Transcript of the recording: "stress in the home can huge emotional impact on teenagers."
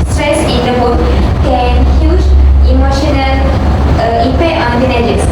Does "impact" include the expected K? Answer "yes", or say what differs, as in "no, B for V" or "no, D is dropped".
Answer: no, K is dropped